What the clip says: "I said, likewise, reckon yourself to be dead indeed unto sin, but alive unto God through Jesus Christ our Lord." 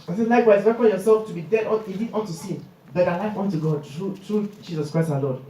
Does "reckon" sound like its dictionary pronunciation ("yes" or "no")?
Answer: no